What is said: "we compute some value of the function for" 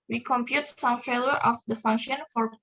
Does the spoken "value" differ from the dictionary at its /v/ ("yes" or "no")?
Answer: yes